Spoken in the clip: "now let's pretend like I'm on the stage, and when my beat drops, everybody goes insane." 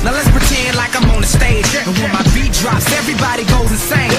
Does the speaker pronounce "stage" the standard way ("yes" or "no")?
no